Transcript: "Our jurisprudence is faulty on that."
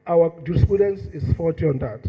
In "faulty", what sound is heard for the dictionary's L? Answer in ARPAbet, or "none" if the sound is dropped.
none